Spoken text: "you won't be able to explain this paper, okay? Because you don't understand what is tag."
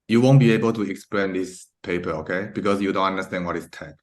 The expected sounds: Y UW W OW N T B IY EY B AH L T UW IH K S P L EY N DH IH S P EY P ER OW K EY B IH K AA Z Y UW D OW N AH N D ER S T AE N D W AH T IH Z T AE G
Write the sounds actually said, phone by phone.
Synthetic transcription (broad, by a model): Y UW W OW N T B IY EY B AH L T UW IH K S P L EY N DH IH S P EY P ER OW K EY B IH K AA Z Y UW D OW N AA N D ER S T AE N W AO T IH S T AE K